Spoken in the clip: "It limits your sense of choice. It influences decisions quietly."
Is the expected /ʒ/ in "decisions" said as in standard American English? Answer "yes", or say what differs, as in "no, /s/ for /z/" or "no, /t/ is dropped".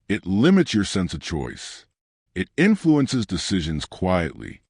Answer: yes